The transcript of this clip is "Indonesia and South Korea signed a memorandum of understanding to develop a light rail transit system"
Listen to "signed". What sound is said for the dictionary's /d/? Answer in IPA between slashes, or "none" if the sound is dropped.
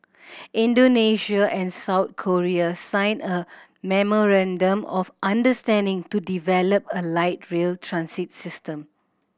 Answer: none